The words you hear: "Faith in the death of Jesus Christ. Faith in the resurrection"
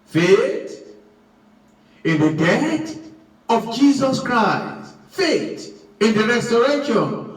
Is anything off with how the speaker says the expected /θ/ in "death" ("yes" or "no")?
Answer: yes